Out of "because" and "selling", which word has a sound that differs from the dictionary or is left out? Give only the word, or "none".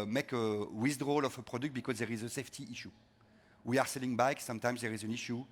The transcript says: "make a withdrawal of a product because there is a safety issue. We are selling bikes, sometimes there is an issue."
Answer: none